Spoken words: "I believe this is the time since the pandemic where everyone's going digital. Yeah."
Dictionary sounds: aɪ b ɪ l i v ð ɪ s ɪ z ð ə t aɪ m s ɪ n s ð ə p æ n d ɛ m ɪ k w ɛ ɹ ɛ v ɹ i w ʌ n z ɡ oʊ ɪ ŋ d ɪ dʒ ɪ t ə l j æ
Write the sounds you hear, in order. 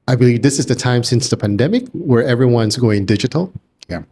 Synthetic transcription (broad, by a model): aɪ b ɪ l i v ð ɪ s ɪ z ð ə t aɪ m s ɪ n s ð ə p æ n d ɛ m ɪ k w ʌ ɹ ɛ v ɹ i w ʌ n z ɡ oʊ ɪ ŋ d ɪ dʒ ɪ t l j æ